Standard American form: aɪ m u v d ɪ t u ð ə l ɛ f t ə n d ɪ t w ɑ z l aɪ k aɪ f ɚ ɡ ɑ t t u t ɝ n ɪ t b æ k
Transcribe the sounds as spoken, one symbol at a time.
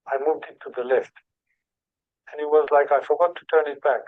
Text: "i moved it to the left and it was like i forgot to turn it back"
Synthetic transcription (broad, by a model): aɪ m u v d ɪ t u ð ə l ɛ f t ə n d ɪ t w ɑ z l aɪ k aɪ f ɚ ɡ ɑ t t u t ɝ n ɪ t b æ k